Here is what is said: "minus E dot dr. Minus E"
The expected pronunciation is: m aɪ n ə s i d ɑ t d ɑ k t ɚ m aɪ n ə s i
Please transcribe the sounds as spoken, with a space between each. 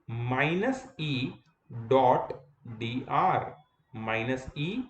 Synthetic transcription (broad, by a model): m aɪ n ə s i d ɑ t d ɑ t m aɪ n ə s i